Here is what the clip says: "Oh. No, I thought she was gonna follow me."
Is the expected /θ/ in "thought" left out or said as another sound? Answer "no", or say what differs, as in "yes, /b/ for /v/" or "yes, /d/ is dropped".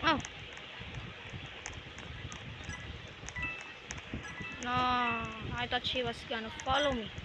yes, /t/ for /θ/